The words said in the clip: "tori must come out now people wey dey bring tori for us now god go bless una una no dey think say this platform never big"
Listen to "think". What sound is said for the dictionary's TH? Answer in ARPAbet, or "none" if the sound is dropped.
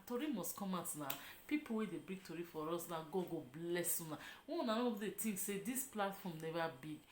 T